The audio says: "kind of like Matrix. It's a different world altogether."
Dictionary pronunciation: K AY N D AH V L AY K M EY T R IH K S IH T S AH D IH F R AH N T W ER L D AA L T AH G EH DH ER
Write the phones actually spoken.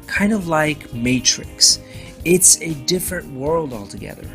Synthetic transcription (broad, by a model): K AY N D AH V L AY K M EY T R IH K S IH T S AH D IH F R AH N T W ER L D AA L T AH G EH DH ER